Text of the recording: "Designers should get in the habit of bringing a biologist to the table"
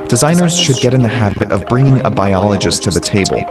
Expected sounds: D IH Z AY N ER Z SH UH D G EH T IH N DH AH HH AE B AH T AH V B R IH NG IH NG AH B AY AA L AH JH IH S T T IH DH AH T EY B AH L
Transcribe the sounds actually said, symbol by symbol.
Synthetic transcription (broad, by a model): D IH Z AY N ER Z SH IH D G EH T IH N DH AH HH AE B AH T AH V B R IH NG IH NG AH B AY AA L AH JH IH S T T IH DH AH T EY B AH L